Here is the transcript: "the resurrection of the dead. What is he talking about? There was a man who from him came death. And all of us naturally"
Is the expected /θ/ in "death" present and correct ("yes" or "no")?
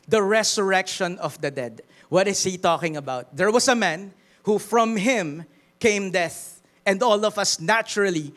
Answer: yes